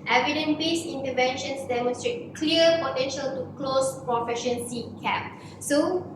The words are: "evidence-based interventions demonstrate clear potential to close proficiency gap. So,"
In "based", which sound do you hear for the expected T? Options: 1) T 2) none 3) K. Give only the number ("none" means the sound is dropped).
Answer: 2